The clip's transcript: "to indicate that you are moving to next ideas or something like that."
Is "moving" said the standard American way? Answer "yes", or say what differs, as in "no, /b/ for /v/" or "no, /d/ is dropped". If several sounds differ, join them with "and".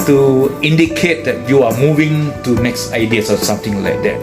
yes